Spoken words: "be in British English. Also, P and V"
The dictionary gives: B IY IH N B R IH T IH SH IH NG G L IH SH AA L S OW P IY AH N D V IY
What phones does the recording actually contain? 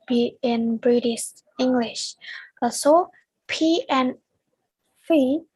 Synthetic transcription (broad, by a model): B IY IH N B R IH T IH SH IH NG G L IH SH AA S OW P IY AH N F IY